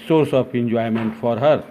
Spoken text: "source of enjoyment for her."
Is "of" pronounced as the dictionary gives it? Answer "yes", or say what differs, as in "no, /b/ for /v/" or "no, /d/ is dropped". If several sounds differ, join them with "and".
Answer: no, /p/ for /v/